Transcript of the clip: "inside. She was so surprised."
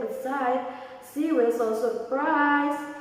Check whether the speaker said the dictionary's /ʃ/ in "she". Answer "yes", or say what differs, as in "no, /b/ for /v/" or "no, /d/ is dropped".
no, /s/ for /ʃ/